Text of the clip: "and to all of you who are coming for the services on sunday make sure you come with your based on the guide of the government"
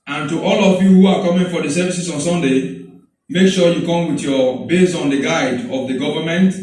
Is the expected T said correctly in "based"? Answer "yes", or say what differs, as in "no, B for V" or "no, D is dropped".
no, T is dropped